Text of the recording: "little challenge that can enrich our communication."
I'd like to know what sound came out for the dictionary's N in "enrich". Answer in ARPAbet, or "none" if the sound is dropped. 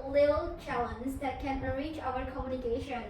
none